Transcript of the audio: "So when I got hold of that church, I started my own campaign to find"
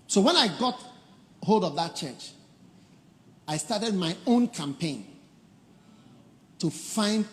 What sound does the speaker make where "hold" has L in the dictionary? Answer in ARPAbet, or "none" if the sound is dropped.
L